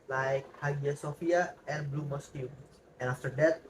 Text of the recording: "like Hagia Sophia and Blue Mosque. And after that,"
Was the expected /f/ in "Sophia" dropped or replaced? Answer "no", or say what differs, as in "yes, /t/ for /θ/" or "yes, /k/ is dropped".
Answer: no